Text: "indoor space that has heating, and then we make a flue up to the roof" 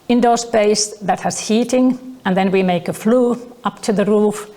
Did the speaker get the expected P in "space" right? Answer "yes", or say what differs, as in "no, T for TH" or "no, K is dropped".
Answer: no, B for P